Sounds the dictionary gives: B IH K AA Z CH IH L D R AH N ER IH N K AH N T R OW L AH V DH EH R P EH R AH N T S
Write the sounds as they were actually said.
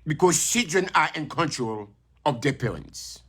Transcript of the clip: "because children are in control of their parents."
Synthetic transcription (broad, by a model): B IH K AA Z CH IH D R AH N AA IH N K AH N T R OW L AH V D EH P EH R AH N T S